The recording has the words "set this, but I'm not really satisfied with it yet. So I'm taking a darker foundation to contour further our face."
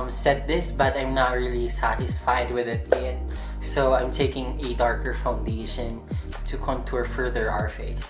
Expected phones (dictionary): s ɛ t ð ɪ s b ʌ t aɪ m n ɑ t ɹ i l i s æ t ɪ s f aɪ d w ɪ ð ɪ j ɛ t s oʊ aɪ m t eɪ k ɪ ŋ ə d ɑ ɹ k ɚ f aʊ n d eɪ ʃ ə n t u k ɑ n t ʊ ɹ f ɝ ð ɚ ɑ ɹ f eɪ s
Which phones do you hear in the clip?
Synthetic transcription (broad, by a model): s ɛ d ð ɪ s b ʌ t aɪ m n ɑ t ɹ i l i s æ t ɪ s f aɪ d w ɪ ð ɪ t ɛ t s oʊ aɪ m t eɪ k ɪ ŋ ə d ɑ ɹ k ɚ f aʊ n d eɪ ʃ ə n t u k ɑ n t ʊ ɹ f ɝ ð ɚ ɑ ɹ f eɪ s